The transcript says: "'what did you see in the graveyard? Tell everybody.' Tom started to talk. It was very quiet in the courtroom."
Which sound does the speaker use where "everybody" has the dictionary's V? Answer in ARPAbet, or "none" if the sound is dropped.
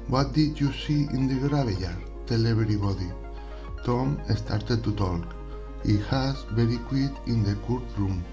B